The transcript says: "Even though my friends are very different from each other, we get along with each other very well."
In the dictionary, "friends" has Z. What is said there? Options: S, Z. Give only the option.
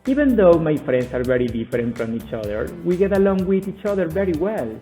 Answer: S